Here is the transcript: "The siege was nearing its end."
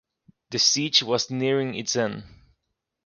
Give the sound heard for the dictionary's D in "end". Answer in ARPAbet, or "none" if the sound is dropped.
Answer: none